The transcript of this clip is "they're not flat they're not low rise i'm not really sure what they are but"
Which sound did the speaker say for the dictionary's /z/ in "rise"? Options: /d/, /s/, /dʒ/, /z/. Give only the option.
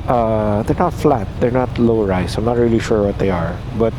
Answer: /s/